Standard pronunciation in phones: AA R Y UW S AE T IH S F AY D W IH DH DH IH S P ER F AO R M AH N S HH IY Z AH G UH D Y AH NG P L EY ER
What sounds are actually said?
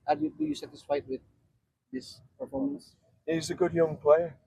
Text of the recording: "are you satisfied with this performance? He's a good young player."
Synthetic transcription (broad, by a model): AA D Y UW S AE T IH S F AY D W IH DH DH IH S P ER F AO R M AH N S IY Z AH G UH D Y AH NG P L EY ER